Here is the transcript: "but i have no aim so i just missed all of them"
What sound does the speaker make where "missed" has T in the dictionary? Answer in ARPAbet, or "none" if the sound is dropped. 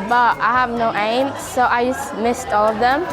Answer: T